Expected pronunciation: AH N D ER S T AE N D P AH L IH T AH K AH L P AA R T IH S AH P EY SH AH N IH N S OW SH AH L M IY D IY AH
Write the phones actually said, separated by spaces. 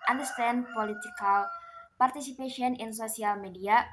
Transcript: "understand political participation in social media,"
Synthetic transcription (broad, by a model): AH N D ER S T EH N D P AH L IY T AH K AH L P AA R T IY S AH P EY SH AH N IH N S OW S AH L M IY D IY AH